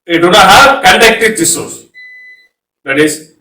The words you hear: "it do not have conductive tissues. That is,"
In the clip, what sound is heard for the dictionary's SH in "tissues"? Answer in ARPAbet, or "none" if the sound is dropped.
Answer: S